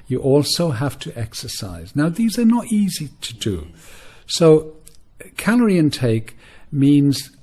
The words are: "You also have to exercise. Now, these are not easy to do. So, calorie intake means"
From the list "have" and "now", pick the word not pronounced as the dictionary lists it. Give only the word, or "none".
have